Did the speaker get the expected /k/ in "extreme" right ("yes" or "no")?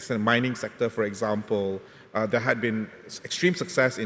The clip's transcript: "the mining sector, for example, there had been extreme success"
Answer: yes